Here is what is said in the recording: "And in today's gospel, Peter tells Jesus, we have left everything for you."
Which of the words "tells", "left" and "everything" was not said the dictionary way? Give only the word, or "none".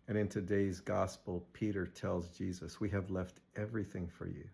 none